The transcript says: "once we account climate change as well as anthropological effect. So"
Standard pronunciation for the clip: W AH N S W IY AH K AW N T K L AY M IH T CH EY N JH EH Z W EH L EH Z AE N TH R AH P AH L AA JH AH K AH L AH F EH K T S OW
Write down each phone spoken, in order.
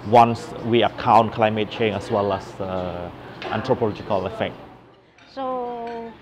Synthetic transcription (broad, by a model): W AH N S W IY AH K AW N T K L AY M IH T CH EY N EH S W EH L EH S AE N T R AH P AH L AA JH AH K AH L AH F EH K T S OW